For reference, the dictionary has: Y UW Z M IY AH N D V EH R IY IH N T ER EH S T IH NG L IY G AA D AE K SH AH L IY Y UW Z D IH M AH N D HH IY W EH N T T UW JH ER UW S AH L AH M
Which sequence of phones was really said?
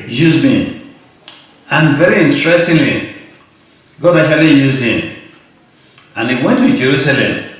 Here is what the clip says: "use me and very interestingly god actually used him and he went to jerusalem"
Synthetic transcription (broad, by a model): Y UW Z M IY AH N V EH R IY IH N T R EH S T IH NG L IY G AA D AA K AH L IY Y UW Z IH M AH N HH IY W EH N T T UW JH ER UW S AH L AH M